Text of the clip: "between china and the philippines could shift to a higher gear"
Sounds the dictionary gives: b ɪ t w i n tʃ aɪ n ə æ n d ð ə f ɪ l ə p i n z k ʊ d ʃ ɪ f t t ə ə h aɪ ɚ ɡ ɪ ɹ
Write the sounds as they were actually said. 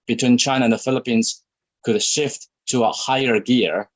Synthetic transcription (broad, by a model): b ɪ t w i n tʃ aɪ n ə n ð ə f ɪ l ə p i n z k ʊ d ʃ ɪ f t t ə ə h aɪ ɚ ɡ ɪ ɹ